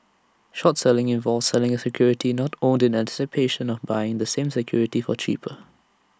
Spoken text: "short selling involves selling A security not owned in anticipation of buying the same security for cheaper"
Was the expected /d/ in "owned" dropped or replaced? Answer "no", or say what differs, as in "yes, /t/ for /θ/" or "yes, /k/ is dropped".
no